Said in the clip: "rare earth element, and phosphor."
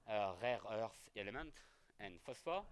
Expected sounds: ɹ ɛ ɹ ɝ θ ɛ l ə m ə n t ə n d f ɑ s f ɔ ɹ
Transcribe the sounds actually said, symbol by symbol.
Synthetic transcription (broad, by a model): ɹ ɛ ɹ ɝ s ɛ l ə m ə n t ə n f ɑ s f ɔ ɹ